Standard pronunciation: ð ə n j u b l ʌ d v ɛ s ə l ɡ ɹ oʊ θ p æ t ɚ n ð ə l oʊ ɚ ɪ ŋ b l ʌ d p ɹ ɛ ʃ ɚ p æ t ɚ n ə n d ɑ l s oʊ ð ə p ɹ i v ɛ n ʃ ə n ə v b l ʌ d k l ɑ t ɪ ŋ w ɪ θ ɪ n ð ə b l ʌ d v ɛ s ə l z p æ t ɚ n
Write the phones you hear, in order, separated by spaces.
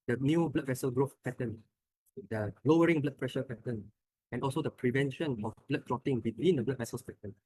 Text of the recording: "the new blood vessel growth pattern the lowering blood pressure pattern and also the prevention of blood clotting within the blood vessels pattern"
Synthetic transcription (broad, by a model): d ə n j u b l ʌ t v ɛ s ə l ɡ ɹ oʊ f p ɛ t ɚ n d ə l oʊ ɚ ɪ ŋ b l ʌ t p ɹ ɛ ʃ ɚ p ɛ t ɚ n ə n ɑ l s oʊ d ə p ɹ i v ɛ n ʃ ə n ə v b l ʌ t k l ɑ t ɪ ŋ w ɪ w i n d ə b l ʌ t v ɛ s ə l s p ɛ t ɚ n